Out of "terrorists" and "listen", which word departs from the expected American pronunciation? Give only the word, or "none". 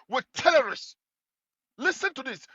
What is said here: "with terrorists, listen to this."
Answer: terrorists